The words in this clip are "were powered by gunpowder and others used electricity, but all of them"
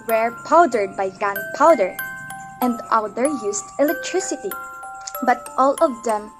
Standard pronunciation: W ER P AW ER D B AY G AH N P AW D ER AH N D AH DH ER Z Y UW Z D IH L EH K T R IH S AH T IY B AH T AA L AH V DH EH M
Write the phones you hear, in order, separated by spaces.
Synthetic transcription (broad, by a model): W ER P AW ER D B AY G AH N P AW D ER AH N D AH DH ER Y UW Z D IH L EH K T R IH S AH T IY B AH T AA L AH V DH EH M